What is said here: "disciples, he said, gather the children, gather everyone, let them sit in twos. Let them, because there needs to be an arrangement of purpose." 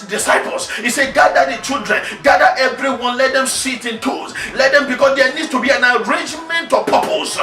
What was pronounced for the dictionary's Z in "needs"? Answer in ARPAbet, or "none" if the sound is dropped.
none